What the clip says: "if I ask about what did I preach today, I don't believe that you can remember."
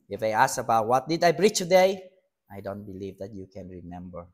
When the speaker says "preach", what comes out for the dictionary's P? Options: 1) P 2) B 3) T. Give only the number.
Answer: 2